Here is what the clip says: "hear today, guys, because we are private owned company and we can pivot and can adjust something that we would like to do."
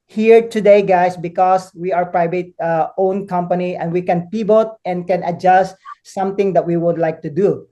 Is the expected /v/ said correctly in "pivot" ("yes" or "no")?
no